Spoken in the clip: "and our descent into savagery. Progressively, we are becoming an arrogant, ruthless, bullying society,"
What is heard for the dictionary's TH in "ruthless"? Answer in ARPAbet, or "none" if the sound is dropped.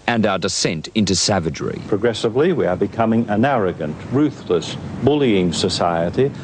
TH